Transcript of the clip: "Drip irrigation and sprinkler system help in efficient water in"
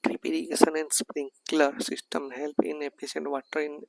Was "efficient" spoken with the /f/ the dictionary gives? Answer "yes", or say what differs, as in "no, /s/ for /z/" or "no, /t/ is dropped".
no, /p/ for /f/